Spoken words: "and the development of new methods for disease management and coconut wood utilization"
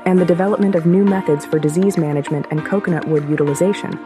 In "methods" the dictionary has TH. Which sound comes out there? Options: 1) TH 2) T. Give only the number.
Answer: 1